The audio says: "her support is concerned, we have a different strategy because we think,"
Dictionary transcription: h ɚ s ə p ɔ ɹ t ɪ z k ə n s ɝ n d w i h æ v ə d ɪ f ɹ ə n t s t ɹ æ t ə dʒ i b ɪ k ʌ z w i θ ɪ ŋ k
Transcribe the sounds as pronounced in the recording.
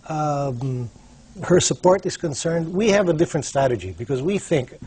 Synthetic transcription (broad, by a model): h ɚ s ə p ɔ ɹ t ɪ z k ə n s ɝ n d w i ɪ v ə d ɪ f ɹ ə n t s t ɹ æ t ə dʒ i b ɪ k ʌ z w i θ ɪ ŋ k